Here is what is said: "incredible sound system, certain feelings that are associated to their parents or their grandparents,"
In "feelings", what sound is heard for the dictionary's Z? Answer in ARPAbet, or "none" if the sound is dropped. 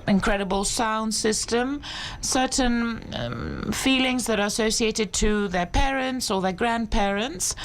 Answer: Z